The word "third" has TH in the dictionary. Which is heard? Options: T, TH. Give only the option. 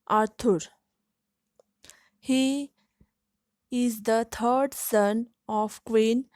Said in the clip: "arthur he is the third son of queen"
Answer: T